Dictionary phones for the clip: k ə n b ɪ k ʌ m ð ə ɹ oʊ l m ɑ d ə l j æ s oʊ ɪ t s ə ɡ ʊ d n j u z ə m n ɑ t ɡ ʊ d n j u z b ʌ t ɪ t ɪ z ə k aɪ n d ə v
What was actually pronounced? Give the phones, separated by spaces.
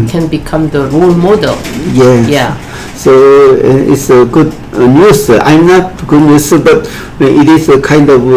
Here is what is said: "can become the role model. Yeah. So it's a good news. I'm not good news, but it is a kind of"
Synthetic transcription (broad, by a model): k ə n b ɪ k ʌ m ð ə ɹ oʊ l m ɑ d ə l j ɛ s oʊ ɪ t s ə ɡ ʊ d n j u s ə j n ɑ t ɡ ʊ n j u s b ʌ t ɪ t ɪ s ə k aɪ n d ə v